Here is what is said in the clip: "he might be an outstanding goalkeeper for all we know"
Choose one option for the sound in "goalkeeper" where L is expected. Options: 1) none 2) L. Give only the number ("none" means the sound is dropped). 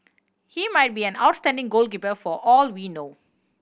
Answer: 2